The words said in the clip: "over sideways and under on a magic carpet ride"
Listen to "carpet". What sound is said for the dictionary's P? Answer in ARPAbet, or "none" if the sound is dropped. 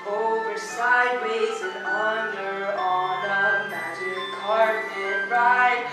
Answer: none